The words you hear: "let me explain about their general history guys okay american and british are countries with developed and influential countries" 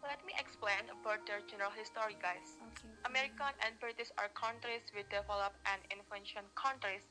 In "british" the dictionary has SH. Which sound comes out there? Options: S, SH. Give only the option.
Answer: S